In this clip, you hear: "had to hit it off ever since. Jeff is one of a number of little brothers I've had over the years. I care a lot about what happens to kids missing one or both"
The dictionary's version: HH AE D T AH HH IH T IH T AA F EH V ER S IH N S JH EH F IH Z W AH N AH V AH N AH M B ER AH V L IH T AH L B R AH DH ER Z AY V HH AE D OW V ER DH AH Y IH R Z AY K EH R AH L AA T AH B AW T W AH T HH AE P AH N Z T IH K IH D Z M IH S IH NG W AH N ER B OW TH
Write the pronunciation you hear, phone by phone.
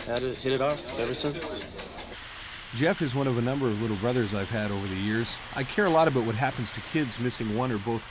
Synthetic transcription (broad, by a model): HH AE D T HH IH T IH T AA F EH V ER S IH N S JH EH F IH Z W AH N AH V AH N AH M B ER AH V L IH T L B R AH DH ER Z AY V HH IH D OW V ER DH AH Y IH R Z AY K EH R AH L AA T AH B AW T W AH T HH AE P N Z T IH K IH D Z M IH S IH NG W AH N ER B OW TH